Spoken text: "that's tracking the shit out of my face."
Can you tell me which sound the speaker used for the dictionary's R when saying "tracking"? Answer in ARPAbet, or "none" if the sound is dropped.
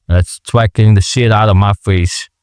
W